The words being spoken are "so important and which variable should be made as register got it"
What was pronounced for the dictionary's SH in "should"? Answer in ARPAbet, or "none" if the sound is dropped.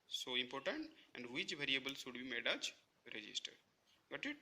S